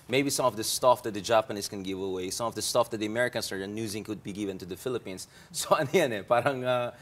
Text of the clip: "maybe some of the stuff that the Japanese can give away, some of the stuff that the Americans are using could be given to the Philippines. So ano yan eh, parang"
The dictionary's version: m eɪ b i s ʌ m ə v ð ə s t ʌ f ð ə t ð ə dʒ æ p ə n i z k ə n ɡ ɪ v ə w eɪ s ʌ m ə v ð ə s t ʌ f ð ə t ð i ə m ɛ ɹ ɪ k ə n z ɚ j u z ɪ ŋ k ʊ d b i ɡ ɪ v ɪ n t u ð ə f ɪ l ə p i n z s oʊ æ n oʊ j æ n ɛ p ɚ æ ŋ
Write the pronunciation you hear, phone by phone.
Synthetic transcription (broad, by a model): m eɪ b i s ʌ m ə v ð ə s t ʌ f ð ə t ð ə dʒ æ p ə n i s k ə n ɡ ɪ v ə w eɪ s ʌ m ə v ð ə s t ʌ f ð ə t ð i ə m ɛ ɹ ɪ k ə n s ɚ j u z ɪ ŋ k ʊ d b i ɡ ɪ v ɪ n t u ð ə f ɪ l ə p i n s s oʊ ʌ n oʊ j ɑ n ɛ p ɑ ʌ ŋ